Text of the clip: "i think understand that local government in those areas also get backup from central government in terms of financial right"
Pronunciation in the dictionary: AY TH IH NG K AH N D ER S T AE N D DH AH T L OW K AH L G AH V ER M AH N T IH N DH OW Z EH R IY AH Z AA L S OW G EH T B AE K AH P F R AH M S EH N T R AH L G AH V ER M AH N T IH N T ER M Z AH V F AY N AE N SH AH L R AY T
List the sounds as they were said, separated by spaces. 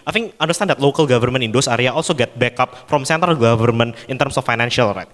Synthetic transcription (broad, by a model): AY F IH NG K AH N D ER S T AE N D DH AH T L OW K AH L G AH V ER M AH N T IH N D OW S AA R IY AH AA L S OW G EH T B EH K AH P F R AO M S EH N T AH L G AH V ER M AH N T IH N T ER M S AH F AY N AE N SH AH L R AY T